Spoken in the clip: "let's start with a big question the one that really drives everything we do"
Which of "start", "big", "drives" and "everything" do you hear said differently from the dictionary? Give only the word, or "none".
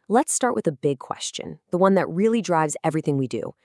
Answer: none